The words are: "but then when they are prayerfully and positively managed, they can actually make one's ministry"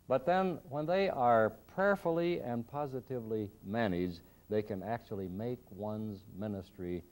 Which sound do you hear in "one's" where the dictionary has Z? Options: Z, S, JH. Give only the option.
Z